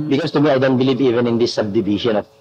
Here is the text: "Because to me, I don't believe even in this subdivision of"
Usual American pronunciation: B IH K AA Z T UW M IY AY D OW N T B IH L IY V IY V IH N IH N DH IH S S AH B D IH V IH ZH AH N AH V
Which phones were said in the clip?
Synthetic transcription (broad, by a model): B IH K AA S T UW M IY AY D OW N T B IH L IY V IY V IH N IH N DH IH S S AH B D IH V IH SH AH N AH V